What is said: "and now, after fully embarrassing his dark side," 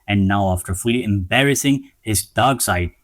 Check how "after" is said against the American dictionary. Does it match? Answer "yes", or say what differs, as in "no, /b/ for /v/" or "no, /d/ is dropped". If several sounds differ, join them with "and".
yes